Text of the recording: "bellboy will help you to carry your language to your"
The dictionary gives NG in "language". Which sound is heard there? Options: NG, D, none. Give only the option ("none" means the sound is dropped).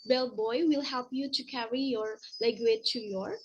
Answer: none